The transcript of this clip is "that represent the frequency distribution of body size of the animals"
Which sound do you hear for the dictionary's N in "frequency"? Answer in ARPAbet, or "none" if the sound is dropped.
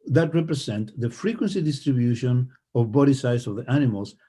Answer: N